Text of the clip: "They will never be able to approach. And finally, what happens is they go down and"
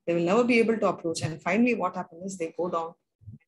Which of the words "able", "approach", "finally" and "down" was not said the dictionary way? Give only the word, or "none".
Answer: down